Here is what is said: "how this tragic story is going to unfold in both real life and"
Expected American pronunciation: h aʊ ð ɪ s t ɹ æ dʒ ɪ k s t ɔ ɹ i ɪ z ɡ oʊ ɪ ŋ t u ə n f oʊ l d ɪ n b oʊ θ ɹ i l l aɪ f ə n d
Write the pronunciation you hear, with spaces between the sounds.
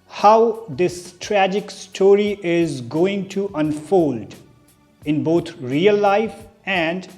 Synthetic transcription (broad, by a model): h aʊ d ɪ s t ɹ æ dʒ ɪ k s t ɔ ɹ i ɪ z ɡ oʊ ɪ ŋ t u ə n f oʊ l d ɪ n b oʊ t ɹ i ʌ l aɪ f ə n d